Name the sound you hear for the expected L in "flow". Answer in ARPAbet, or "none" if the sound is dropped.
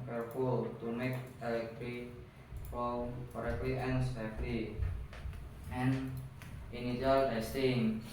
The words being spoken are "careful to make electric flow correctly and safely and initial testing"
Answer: none